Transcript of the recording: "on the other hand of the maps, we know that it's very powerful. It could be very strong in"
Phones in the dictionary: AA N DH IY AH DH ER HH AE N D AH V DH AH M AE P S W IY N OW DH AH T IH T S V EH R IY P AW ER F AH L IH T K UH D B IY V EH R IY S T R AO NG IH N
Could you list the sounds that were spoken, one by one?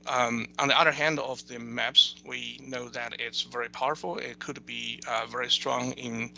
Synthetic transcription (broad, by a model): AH N DH IY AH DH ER HH AE N D AH V DH AH M AE P S W IY N OW DH AH T IH T S V EH R IY P AW ER F L IH T K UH D B IY V EH R IY S T R AO NG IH N